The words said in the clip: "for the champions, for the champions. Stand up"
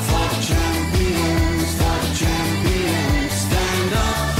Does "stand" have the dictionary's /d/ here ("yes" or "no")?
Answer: yes